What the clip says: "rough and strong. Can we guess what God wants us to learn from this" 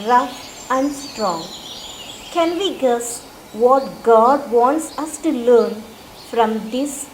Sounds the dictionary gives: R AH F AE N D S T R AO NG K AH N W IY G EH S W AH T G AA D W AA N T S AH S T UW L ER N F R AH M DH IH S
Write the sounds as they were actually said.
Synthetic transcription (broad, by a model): R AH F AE N D S T R AO NG K AH N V IY G EH S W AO T G AA D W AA N T S AH S T UW L ER N F R AH M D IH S